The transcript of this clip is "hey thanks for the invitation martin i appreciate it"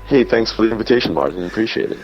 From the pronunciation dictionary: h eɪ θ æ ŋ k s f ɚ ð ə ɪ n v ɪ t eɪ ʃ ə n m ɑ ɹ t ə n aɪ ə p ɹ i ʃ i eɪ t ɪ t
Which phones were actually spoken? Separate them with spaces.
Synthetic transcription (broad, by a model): h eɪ θ æ ŋ k s f ɚ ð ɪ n v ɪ t eɪ ʃ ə n m ɑ ɹ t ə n ə p ɹ i ʃ i eɪ t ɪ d